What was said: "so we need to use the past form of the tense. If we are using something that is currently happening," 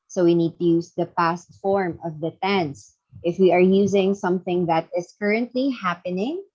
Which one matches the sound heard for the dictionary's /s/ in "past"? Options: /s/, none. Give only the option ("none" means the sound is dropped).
/s/